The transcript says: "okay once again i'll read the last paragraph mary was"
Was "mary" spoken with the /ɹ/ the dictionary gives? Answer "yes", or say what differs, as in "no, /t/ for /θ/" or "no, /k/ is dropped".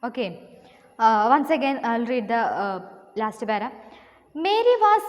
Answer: yes